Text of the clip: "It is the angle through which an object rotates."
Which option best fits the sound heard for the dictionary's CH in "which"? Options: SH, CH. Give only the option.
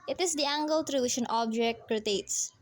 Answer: SH